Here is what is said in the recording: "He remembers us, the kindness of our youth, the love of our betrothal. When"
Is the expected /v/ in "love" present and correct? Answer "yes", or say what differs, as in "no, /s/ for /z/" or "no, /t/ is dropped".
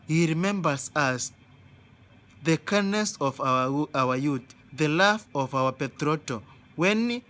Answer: no, /f/ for /v/